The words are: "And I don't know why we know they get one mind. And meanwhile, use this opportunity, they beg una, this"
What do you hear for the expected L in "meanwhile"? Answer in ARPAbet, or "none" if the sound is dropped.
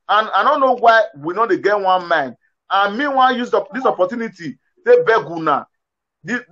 N